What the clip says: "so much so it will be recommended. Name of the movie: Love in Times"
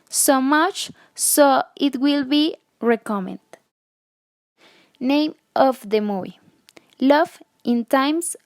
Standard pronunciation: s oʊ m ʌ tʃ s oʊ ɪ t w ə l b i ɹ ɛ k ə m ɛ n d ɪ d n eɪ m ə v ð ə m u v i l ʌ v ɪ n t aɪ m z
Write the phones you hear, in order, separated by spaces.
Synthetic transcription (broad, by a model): s oʊ m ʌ tʃ s oʊ ɪ t w ə l b i ɹ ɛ k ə m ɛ n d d n eɪ m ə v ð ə m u i l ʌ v ɪ n t aɪ m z